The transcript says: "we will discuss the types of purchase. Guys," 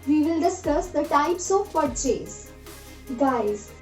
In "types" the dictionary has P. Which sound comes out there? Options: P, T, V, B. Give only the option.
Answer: P